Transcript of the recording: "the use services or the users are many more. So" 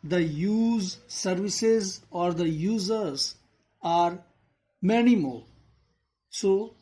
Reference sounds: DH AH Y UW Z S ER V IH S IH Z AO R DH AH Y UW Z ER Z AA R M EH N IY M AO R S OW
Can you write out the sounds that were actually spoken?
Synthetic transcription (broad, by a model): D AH Y UW Z S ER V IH S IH Z AO R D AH Y UW Z ER Z AA R M EH N IY M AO L S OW